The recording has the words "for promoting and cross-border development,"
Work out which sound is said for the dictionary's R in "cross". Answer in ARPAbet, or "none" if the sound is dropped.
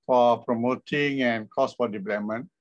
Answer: none